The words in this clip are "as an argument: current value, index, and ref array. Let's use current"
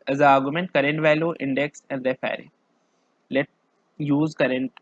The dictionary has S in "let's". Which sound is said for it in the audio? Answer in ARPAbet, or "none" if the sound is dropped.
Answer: none